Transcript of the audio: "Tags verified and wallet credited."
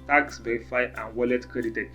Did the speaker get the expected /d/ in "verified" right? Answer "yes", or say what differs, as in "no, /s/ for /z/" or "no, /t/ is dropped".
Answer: no, /d/ is dropped